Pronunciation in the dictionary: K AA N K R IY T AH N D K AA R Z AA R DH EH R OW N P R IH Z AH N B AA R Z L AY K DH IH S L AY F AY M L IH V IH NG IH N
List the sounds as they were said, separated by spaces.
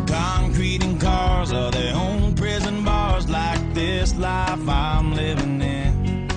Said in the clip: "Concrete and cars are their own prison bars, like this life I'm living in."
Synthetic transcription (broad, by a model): K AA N K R IY T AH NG K AA R Z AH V DH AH R OW N P R IH Z AH N B AA R Z L AY K DH IH S L AY F AY M L IH V IH NG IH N